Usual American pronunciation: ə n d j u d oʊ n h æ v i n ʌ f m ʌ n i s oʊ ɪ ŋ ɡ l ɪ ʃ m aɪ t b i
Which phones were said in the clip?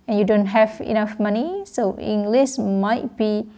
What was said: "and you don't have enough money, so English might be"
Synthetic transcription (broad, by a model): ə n j u d oʊ n h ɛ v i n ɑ f m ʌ n i s oʊ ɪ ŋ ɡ l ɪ s m aɪ t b i